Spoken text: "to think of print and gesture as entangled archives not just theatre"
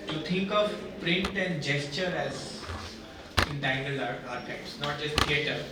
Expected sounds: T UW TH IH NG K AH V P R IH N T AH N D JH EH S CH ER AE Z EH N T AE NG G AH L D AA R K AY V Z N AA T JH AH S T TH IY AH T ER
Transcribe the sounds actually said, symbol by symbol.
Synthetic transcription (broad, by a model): T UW T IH NG K AH V P R IH N T AH N D JH EH S CH ER AE Z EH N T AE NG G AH L AA R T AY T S N AA T JH AH S T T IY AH T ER